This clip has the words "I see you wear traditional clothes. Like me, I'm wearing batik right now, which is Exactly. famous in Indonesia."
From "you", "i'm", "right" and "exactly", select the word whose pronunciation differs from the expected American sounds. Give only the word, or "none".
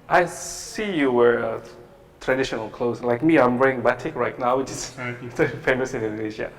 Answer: exactly